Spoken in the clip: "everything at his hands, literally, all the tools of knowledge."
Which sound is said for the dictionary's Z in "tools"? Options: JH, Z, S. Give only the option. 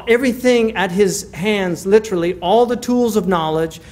Z